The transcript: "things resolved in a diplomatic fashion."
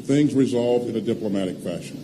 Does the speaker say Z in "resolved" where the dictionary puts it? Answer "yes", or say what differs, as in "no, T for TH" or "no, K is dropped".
yes